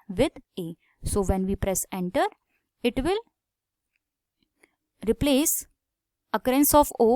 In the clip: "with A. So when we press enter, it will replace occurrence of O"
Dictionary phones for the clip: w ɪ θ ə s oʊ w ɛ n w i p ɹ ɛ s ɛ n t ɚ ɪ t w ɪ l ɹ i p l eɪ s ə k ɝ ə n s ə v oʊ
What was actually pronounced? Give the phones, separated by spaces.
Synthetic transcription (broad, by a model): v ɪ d ə s oʊ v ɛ n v i p ɹ ɛ s ɛ n t ɚ ɪ t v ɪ l ɹ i p l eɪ s ə k ɝ ə n s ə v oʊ